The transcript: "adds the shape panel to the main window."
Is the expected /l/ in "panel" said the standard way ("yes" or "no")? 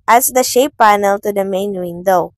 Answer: yes